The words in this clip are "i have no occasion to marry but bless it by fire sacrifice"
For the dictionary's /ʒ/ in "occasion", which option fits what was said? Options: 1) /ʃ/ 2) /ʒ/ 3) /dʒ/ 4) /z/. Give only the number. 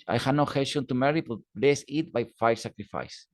1